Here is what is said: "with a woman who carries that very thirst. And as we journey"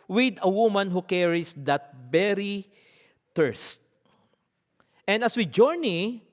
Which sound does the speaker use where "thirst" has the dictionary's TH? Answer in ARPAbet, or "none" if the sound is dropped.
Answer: T